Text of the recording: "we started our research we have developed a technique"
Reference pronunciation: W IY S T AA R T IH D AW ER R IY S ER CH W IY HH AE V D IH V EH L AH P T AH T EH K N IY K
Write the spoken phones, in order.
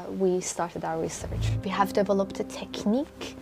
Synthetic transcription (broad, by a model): W IY S T AA R T IH D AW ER R IY S ER CH W IY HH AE V D IH V EH L AH P T AH T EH K N IY K